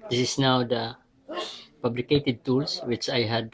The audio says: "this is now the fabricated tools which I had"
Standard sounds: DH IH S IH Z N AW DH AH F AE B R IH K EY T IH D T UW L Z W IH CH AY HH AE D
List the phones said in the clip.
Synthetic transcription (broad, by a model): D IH S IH S N AW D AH P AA B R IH K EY T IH D T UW L S W IH CH AY HH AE D